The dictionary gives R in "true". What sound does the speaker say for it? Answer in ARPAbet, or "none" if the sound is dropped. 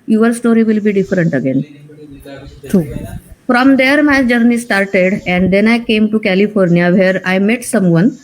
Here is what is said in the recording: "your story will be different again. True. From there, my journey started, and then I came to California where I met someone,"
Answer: none